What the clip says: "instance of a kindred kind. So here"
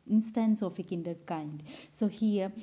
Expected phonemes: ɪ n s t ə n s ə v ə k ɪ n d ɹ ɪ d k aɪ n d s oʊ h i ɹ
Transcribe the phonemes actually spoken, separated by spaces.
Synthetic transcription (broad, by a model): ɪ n s t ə n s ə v ə k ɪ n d ɪ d k aɪ n d s oʊ h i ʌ